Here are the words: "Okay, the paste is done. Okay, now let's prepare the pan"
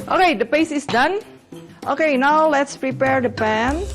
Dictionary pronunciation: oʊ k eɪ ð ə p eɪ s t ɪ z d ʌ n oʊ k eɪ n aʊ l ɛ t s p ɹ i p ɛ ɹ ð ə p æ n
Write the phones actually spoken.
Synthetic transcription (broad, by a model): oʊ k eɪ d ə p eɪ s ɪ s d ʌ n oʊ k eɪ n aʊ l ɛ t s p ɹ i p ɛ ɹ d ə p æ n